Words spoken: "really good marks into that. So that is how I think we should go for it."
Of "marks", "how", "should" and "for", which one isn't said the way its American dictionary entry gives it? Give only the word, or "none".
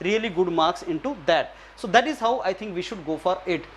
none